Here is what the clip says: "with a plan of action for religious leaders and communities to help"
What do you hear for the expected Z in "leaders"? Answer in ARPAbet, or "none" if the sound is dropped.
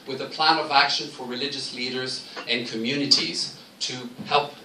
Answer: Z